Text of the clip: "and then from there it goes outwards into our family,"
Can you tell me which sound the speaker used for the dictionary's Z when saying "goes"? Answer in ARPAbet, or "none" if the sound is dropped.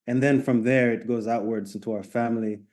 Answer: Z